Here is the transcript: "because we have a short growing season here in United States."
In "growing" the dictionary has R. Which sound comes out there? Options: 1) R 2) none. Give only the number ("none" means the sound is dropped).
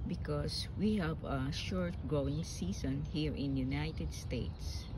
1